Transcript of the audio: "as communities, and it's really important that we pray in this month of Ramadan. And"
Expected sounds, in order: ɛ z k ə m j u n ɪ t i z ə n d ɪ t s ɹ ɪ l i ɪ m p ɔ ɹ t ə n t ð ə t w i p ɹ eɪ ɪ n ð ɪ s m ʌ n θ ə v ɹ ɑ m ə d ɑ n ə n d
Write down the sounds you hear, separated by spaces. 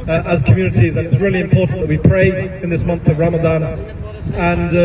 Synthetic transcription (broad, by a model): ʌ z k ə m j u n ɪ t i z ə n ɪ t s ɹ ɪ l i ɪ m p ɔ ɹ t n ð ə t w i p ɹ eɪ ɪ n ð ɪ s m ʌ n θ ə v ɹ ɑ m ə d ɑ n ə n